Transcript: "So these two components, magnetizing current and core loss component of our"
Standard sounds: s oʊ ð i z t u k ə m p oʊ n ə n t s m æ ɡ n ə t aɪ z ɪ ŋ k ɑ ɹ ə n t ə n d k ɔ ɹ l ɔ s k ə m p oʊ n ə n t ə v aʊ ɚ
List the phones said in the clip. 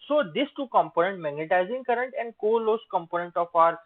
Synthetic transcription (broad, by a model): s oʊ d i s t u k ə m p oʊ n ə n t m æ ɡ n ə t aɪ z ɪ ŋ k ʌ ɹ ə n t ə n d k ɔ l ɔ s k ə m p oʊ n ə n t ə f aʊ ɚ